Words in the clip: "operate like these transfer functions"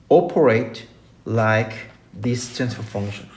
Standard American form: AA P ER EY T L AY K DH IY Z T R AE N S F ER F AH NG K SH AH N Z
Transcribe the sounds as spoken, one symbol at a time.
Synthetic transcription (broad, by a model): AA P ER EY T L AY K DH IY S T AE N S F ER F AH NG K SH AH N